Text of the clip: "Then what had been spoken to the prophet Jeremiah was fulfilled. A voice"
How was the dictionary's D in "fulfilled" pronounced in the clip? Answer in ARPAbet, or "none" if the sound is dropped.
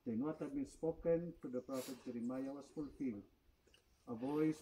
none